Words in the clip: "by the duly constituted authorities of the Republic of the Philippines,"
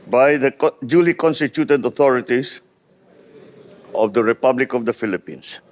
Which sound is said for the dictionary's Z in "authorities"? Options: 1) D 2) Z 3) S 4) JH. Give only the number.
3